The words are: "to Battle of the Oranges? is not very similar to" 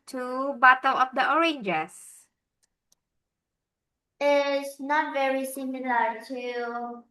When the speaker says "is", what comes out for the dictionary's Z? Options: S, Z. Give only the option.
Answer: S